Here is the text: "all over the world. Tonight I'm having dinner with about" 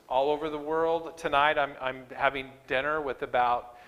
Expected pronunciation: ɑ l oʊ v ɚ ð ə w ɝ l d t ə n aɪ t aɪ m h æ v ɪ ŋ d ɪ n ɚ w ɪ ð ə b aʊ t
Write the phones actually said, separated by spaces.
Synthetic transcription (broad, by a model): ɑ l oʊ v ɚ ð ə w ɝ l d t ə n aɪ t aɪ m h æ v ɪ ŋ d ɪ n ɚ w ɪ ð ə b aʊ t